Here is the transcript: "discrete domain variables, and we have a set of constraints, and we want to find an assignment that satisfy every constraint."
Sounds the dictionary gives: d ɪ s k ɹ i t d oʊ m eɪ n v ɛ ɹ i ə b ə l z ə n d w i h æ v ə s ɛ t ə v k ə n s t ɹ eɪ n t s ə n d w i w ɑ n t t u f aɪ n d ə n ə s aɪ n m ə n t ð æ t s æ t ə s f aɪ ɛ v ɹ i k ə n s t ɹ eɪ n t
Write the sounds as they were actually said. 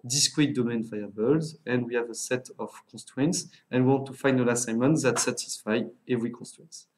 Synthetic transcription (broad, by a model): d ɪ s k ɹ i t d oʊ m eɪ n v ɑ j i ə b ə l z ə n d w i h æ v ə s ɛ t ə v k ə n s t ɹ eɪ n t s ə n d w i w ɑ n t t u f aɪ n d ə l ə s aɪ m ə n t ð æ t s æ t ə s f aɪ ɛ v ɹ i k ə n s t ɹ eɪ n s